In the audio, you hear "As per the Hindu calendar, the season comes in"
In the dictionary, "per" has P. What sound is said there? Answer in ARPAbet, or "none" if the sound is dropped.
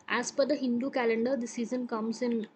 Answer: F